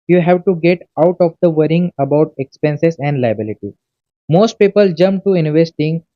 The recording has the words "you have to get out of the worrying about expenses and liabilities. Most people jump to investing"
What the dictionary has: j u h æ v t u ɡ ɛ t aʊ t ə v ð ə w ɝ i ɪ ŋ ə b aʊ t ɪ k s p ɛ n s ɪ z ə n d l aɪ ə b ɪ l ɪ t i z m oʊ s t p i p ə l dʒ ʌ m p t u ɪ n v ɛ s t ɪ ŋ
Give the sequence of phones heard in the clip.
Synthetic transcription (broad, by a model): j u h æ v t u ɡ ɛ t aʊ t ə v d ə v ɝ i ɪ ŋ ə b aʊ t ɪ k s p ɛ n s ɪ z ə n d l aɪ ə b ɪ l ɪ t i m oʊ s t p i p ə l dʒ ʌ m t u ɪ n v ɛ s t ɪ ŋ